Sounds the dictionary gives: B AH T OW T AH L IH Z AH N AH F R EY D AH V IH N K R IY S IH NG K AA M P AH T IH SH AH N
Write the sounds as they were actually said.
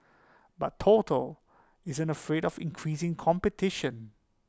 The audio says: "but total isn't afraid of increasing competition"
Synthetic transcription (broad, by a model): B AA T OW T AH L IH Z AH N AH F R EY D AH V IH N K R IY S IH NG K AA M P AH T IH SH AH N